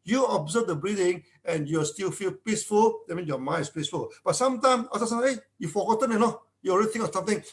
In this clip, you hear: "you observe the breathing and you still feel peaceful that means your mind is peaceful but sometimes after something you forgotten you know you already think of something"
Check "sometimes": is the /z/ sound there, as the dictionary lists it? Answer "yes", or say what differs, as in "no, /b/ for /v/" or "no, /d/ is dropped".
no, /s/ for /z/